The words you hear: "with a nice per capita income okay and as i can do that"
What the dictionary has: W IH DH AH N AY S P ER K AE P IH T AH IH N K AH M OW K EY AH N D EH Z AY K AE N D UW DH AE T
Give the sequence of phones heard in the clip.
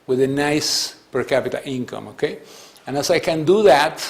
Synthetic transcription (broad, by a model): W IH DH AH N AY S P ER K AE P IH T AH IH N K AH M OW K EY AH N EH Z AY K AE N D UW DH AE T